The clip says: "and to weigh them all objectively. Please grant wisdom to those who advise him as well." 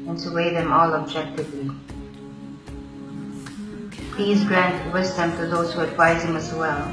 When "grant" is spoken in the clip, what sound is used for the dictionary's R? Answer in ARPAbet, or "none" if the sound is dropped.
R